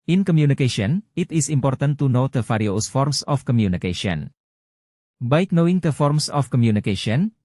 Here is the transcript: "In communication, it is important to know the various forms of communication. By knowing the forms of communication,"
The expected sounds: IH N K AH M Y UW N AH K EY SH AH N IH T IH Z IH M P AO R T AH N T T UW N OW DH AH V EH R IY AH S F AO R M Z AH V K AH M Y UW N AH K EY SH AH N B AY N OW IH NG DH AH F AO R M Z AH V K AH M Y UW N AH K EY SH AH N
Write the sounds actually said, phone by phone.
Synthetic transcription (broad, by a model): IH N K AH M Y UW N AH K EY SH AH N IH T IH S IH M P AO R T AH N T T UW N OW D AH F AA R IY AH S F AO R M S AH F K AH M Y UW N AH K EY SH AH N B AY N OW IH NG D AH F AO R M S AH F K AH M Y UW N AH K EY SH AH N